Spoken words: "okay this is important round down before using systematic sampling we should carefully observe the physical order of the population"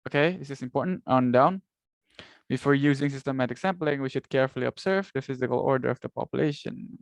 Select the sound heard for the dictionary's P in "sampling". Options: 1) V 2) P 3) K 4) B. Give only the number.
2